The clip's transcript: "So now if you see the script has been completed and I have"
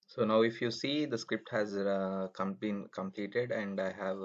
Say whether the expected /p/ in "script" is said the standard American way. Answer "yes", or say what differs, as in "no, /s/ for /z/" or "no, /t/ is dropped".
yes